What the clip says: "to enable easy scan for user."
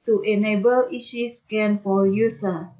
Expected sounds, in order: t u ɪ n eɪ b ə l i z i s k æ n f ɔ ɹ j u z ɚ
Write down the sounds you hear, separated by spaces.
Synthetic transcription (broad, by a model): t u ɪ n eɪ b ə l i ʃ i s k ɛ n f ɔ l j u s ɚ